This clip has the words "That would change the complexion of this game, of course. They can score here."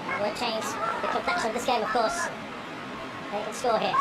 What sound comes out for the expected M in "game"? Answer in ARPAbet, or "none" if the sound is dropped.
M